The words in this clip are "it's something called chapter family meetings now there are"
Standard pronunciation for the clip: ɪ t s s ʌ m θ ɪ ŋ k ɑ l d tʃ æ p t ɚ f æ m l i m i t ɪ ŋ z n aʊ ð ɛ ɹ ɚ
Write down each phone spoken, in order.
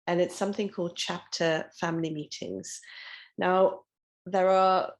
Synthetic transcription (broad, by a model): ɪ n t s ʌ m θ ɪ ŋ k ɑ l d tʃ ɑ p t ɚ f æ m l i m i t ɪ ŋ z n aʊ ð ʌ ɹ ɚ